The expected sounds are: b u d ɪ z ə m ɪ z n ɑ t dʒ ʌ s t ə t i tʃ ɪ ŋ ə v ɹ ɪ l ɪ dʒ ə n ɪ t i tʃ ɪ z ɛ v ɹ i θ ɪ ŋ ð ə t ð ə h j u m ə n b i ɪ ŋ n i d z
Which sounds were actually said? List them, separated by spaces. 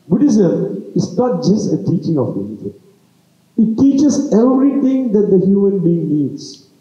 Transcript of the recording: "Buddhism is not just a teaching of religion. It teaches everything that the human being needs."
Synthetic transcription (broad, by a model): b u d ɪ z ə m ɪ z n ɑ t dʒ ʌ s t ə t i tʃ ɪ ŋ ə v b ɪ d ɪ z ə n ɪ t i tʃ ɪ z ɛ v ɹ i t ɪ ŋ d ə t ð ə h j u m ə n b i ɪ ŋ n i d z